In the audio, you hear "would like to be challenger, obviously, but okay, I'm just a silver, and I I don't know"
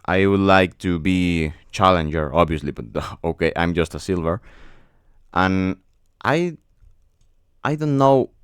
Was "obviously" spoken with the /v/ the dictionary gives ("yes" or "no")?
yes